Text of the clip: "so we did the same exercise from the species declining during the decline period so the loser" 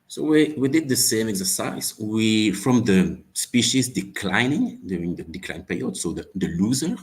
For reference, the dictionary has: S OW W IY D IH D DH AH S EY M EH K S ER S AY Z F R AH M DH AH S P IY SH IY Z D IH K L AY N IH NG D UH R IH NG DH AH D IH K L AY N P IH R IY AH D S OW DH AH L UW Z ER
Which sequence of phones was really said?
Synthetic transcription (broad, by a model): S OW W IY D IH D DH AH S EY M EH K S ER S AY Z F R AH M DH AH S P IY SH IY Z D IH K L AY N IH NG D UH R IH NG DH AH D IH K L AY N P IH R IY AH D S OW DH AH L UW Z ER